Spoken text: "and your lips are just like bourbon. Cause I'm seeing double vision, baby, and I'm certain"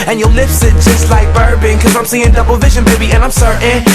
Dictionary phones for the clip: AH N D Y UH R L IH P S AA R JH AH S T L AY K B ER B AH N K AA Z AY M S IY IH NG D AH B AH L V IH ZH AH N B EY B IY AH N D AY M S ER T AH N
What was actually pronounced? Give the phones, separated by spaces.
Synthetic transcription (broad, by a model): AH N Y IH L IH F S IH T JH AH S T L AY K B ER B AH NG K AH Z AY M S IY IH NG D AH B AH L V IH ZH AH N B EY B IY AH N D AY M S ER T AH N